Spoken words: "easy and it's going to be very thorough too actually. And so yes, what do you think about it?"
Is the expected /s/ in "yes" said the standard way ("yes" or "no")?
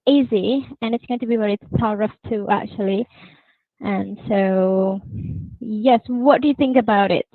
yes